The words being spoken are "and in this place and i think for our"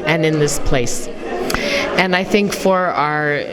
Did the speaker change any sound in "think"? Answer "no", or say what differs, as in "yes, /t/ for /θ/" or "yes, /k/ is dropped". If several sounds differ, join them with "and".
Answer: no